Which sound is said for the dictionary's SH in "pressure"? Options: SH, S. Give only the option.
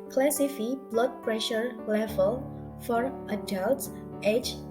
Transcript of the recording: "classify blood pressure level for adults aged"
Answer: SH